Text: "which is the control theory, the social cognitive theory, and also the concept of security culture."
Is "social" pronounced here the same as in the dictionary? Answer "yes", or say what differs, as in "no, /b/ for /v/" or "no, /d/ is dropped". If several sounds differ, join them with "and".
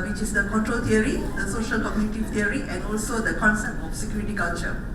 yes